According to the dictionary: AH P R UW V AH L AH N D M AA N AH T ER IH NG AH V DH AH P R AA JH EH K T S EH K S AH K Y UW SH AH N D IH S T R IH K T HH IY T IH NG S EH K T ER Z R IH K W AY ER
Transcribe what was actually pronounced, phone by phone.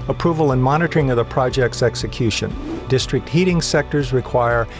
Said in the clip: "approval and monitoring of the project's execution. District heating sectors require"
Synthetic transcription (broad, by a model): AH P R UW V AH L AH N M AA N AH T ER IH NG AH V DH AH P R AA JH EH K T S EH K S AH K Y UW SH AH N D IH S T R IH K T HH IY T IH NG S EH K T ER Z R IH K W AY ER